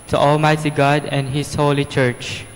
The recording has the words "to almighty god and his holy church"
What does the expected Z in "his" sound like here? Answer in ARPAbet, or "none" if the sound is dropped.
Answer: S